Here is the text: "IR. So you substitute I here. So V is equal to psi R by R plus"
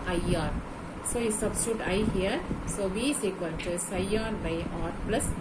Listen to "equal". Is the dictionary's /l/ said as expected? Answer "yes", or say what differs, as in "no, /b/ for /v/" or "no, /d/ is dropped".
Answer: no, /n/ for /l/